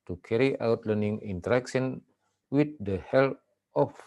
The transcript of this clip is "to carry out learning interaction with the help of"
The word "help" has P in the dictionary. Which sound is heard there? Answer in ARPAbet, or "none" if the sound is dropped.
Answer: none